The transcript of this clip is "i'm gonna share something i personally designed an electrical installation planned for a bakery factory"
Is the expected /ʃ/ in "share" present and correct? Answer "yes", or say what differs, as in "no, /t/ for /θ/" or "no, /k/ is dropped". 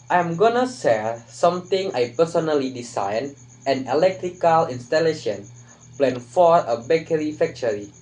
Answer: no, /s/ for /ʃ/